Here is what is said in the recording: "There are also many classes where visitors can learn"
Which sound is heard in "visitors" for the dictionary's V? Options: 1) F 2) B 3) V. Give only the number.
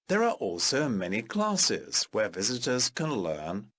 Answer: 3